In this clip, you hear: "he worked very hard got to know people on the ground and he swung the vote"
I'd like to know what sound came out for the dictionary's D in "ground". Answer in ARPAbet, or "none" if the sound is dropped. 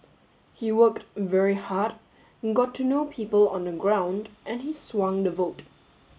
D